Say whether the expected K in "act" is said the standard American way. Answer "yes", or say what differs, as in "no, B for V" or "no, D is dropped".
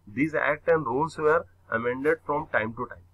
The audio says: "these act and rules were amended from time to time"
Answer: yes